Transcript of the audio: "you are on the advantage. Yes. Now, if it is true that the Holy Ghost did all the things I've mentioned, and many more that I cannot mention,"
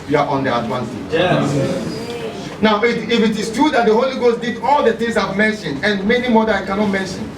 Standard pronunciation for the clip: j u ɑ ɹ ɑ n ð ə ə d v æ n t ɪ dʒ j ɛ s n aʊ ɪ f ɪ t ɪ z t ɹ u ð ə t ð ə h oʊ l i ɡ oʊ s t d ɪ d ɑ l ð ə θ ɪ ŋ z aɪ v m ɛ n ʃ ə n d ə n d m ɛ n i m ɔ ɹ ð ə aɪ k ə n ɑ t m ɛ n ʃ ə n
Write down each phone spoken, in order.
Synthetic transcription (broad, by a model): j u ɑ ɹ ɑ n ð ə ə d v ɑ n s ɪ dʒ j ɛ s n aʊ ɪ f ɪ t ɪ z t ɹ u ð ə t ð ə h oʊ l i ɡ oʊ s t d ɪ d ɑ l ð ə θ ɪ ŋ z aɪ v m ɛ n ʃ ə n d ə n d m ɛ n i m ɔ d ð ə aɪ k ə n ɑ t m ɛ n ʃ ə n